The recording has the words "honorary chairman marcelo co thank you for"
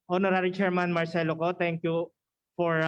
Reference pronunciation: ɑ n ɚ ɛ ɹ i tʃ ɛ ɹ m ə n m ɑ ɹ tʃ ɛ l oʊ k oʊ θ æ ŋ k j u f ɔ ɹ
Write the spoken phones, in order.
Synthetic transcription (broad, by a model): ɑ n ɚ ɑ ɹ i tʃ ɛ ɹ m ə n m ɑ ɹ s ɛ l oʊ k oʊ t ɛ ŋ k j u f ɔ ɹ